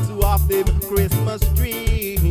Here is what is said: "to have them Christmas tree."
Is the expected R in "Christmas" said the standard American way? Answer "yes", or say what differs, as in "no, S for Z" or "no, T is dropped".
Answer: yes